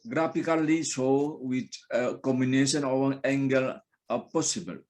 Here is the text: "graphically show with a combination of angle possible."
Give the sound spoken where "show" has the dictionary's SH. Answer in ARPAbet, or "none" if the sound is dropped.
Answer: S